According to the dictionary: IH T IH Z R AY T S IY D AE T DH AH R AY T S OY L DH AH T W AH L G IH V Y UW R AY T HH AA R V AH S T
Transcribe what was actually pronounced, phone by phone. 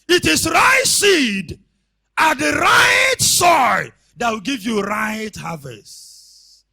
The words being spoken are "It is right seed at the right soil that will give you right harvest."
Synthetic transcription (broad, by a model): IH T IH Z R AY T S IY D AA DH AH R AY T S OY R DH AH T W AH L G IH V Y UW R AY T HH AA V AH S T